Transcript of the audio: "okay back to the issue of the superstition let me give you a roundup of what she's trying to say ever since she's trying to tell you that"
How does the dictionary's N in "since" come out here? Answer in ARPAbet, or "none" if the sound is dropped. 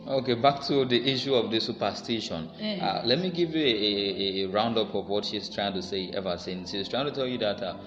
N